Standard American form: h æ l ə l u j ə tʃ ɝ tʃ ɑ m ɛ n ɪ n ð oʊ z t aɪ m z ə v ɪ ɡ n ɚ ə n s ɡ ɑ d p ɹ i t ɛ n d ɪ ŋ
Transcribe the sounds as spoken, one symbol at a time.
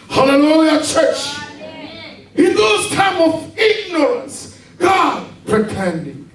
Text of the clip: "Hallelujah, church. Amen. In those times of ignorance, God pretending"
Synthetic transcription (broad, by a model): h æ l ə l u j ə tʃ ɝ tʃ ɪ n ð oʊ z t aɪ m ə v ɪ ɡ n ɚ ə n s ɡ ɑ d p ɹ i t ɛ n d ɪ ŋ